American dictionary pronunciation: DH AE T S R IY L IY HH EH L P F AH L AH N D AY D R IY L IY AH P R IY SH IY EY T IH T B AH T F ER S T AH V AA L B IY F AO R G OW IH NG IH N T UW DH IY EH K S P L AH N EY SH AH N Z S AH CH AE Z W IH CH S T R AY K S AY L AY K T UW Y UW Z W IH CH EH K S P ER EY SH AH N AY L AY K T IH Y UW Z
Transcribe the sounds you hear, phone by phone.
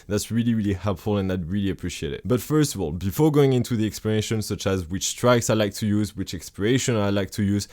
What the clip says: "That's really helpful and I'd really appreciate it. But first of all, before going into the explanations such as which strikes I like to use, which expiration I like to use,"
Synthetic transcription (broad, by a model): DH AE T S R IY L IY HH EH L P F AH L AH N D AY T R IY L IY AH P R IY SH IY EY T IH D B AH T F ER S T AH V AA L B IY F AO R G OW IH NG IH N T UW DH IY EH K S P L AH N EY SH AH N S AH CH AE Z W IH CH S T R AY K S AY L AY K T UW Y UW Z W IH CH EH K S P ER EY SH AH N AY L AY K T IH Y UW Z